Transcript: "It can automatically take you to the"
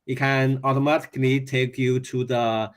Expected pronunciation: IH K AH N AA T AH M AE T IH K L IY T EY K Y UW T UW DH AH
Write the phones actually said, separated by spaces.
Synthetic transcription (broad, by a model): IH K AH N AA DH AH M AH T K N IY T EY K Y UW T UW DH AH